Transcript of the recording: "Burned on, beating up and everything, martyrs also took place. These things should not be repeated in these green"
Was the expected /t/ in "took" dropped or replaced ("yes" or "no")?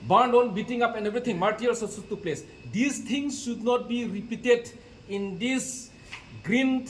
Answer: yes